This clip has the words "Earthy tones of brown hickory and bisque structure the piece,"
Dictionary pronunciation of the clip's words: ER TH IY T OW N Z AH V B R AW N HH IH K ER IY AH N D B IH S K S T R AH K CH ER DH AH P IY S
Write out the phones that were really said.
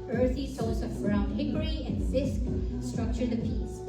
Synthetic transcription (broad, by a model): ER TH IY S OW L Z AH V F R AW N HH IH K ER IY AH N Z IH S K S T R AH K CH ER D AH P IY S